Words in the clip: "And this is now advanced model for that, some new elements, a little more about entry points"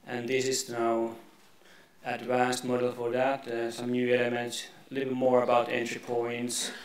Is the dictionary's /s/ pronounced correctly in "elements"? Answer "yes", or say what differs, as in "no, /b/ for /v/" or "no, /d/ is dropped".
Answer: no, /s/ is dropped